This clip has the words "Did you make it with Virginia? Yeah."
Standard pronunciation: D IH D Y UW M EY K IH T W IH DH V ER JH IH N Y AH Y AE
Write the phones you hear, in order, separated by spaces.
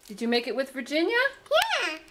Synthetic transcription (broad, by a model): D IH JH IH M EY K IH T W IH DH V ER JH IH N Y AH Y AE